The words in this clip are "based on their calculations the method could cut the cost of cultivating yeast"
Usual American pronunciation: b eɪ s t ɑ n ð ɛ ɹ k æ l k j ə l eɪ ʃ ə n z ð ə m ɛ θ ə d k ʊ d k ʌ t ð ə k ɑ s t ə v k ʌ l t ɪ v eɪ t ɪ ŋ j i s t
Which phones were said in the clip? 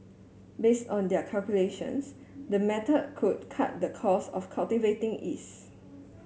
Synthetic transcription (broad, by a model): b eɪ s t ɑ n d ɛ k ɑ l k j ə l eɪ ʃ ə n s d ə m ɛ t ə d k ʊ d k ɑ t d ə k ɑ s ə f k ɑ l t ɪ v eɪ t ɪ ŋ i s